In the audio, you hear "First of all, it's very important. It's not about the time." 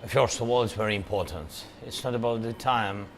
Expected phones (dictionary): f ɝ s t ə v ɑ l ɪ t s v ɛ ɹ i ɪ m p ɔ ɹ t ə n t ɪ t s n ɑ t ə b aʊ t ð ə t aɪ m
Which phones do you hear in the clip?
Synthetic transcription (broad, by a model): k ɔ s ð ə w ɑ l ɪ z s v ɛ ɹ i ɪ m p ɔ ɹ t ə n t ɪ t s n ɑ t ə b aʊ t ð ə t aɪ m